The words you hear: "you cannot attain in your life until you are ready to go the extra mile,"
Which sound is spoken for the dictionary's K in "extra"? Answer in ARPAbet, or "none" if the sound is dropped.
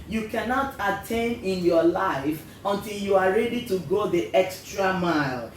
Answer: K